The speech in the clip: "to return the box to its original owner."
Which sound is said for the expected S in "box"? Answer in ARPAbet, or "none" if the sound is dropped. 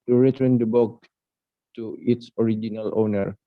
none